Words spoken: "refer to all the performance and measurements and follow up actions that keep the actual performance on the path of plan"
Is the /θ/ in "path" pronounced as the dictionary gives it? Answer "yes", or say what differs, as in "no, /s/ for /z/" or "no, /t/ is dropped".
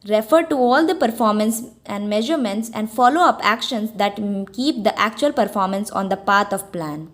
no, /t/ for /θ/